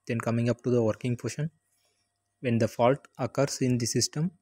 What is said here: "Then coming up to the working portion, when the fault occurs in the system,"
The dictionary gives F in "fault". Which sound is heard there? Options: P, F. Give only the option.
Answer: F